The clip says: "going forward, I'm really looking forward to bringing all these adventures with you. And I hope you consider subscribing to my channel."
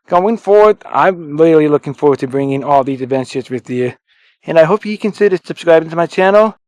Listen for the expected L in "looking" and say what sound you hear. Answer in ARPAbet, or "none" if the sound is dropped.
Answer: L